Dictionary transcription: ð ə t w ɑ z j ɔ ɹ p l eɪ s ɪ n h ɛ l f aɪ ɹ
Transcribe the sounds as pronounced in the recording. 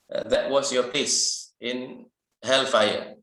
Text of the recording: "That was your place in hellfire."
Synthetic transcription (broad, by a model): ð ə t w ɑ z j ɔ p eɪ s ɪ n h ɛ l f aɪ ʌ